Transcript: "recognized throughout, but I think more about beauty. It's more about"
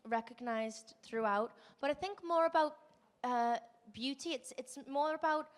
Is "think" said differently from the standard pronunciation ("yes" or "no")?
no